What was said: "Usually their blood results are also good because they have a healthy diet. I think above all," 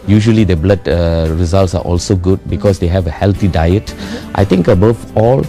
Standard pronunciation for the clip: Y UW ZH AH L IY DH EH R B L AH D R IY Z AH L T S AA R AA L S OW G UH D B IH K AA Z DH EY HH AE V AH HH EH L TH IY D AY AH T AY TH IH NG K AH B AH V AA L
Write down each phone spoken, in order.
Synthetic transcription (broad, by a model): Y UW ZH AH L IY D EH B L AH D R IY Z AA L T S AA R AA L S OW G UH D B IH K AA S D EY HH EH V AH HH EH L T IY D AY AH T AY T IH NG K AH B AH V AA L